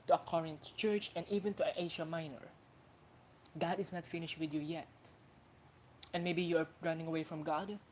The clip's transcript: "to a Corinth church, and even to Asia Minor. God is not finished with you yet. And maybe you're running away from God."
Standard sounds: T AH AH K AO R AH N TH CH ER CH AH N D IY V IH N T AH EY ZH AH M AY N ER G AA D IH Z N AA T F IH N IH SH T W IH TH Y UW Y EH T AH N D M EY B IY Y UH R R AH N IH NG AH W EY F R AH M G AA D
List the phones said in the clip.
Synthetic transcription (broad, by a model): T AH AH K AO R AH N T CH ER CH AH N D IY V IH N T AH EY SH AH M AY N ER G AA D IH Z N AA T F IH N IH SH T W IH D Y UW Y EH T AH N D M EY B IY Y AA R R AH N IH NG AH W EY F R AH M G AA D